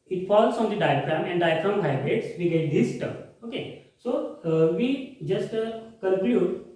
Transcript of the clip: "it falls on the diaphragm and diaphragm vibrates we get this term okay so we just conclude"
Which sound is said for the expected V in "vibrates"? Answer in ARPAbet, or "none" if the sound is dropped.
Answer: P